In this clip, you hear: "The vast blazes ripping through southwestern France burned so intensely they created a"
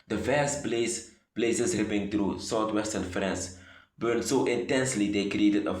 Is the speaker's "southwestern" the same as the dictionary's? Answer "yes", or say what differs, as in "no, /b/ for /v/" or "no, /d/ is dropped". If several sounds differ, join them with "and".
no, /t/ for /θ/